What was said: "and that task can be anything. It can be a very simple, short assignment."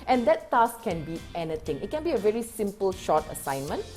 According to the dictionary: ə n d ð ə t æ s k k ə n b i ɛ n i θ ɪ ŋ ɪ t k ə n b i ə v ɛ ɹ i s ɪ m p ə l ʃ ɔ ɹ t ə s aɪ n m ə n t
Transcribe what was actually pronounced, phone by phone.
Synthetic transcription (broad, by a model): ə n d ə t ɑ s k k ə n b i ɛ n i t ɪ ŋ ɪ t k ə n b i ə v ɛ ɹ i s ɪ m p ə l ʃ ɔ t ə s aɪ n m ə n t